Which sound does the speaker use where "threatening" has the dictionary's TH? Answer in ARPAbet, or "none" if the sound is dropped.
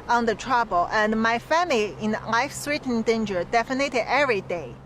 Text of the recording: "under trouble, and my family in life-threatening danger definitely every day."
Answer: S